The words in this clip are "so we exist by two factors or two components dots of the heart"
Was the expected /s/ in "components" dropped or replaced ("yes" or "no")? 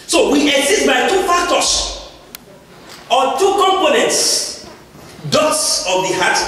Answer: no